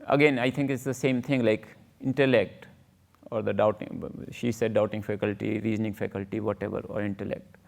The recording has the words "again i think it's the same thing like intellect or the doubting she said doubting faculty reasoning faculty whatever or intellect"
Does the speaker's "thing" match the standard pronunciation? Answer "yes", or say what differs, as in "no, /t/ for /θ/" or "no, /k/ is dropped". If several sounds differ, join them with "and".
no, /t/ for /θ/